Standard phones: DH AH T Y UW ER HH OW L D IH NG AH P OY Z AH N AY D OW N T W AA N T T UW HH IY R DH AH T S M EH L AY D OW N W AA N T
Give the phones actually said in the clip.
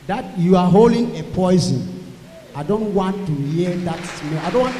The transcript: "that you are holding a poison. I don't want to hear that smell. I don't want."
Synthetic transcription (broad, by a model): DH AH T Y UW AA HH OW L D IH NG AH P OY Z AH N AY D OW N T W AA N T T UW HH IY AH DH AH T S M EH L AY D OW N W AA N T